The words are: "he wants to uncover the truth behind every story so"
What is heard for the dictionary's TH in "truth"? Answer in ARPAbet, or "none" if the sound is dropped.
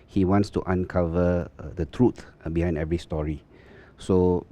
T